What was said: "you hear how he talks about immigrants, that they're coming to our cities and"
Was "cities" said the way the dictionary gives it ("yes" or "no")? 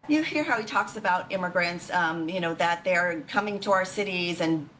yes